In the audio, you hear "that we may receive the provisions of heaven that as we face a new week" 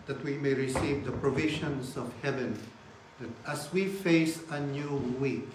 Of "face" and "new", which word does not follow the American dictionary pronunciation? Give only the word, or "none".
none